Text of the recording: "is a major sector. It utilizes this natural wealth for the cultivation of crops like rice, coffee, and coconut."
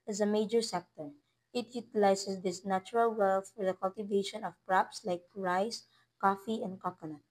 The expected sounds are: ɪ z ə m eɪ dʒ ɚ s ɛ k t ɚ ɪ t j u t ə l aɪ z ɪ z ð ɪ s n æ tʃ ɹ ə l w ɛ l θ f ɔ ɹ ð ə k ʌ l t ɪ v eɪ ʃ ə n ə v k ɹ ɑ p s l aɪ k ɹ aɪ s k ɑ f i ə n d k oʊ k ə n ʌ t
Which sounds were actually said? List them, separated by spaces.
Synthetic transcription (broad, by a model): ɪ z ə m eɪ dʒ ɚ s ɛ k t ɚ ɪ t j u t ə l aɪ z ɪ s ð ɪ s n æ tʃ ɹ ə l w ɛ l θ f ɔ ɹ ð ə k ʌ l t ɪ v eɪ ʃ ə n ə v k ɹ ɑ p s l aɪ k ɹ aɪ s k ɑ f i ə n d k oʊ k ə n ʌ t